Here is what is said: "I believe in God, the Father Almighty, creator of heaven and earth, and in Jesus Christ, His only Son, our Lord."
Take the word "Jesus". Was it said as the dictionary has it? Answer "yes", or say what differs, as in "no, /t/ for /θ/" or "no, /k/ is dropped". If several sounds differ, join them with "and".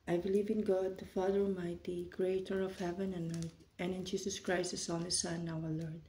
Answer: no, /s/ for /z/